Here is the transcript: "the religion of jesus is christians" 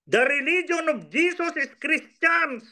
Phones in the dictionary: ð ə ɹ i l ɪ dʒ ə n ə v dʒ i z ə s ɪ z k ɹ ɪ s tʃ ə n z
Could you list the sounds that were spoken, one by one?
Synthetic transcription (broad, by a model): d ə ɹ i l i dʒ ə n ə b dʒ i s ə s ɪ s k ɹ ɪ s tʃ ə n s